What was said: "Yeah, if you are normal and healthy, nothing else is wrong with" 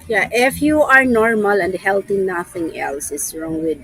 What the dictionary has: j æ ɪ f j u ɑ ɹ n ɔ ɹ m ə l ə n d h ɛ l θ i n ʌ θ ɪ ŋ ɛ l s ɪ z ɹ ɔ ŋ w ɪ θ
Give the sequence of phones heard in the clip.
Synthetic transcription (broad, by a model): j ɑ ɪ f j u ɑ ɹ n ɔ ɹ m ə l ə n d h ɛ l t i n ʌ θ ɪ ŋ ɛ l s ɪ s ɹ ɔ ŋ w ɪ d